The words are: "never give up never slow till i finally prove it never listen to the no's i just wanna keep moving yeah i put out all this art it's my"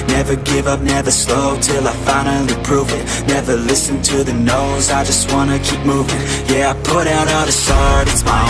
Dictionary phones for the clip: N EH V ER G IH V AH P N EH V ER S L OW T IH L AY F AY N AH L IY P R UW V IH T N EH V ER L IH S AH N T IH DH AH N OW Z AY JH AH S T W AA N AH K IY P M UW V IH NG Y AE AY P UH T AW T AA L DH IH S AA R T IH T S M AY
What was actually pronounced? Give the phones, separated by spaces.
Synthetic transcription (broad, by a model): N EH V ER G IH V AH P N EH V ER S L OW T IH L AY F AY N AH IY P R UW V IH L N EH V ER L IH S AH N T IH DH AH N OW Z AY JH AH S T W AA N AH K IY P M UW V IH NG Y AE AY P UH T AW T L DH IH S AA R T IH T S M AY